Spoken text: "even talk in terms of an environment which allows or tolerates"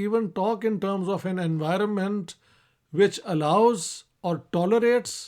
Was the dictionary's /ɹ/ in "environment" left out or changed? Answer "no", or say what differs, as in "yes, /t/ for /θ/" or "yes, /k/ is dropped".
no